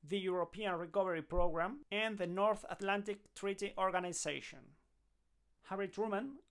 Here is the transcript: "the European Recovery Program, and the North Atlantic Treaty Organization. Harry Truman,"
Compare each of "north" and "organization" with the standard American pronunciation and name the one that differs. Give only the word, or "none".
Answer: organization